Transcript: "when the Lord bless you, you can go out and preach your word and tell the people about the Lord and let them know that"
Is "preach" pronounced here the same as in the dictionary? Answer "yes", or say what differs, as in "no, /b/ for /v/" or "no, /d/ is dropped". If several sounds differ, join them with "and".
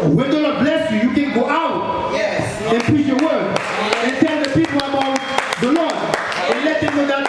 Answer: no, /ɹ/ is dropped